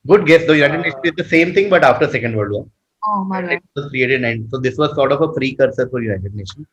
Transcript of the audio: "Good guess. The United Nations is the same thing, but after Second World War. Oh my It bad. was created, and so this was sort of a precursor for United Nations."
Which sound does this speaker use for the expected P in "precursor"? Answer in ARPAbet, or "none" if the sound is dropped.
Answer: F